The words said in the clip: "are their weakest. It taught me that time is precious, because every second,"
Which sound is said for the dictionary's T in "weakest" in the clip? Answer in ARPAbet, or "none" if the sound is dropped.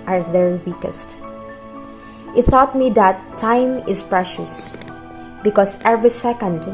T